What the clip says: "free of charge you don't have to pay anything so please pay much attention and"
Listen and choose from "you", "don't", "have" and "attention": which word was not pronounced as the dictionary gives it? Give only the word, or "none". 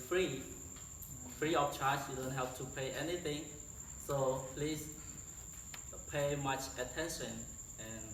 have